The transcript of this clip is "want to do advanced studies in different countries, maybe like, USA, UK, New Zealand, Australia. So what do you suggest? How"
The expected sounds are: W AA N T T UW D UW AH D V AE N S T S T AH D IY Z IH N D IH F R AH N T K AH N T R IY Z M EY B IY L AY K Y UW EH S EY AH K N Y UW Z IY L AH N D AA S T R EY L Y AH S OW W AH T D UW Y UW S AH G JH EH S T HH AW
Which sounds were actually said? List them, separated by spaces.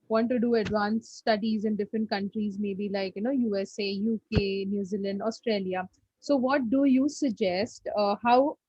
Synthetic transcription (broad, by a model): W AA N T T UW D UW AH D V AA N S S T AH D IY Z IH N D IH F R AH N T K AH N T R IY Z M EY B IY L AY K Y UW EH S EY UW K N Y UW Z IY L AH N D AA S T R EY L Y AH S OW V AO T D UW Y UW S AH G JH EH S T HH AW